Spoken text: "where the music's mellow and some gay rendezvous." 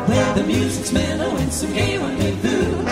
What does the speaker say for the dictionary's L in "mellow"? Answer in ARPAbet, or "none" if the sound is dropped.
N